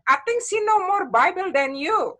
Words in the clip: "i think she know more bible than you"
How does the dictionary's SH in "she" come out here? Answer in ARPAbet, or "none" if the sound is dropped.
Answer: S